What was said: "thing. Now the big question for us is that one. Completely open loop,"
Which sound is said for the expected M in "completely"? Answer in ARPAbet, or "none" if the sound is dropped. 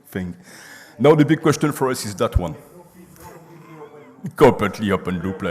none